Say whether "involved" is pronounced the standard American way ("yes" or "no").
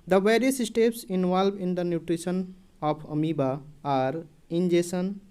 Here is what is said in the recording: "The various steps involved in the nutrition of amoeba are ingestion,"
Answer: no